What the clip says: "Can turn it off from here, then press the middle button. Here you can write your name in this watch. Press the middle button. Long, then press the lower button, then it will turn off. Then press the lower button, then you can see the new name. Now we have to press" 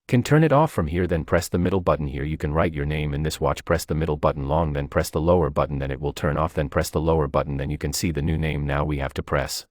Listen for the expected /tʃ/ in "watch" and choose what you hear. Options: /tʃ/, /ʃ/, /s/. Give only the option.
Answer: /tʃ/